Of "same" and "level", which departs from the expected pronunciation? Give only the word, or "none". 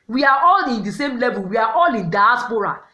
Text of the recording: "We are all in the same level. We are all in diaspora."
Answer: none